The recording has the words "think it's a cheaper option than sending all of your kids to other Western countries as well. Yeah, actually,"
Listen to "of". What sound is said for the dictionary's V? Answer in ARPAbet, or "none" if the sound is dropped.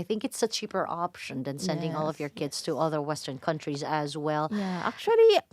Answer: V